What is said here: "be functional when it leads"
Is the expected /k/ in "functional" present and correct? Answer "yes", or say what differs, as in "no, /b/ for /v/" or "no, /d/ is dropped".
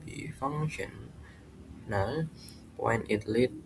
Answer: no, /k/ is dropped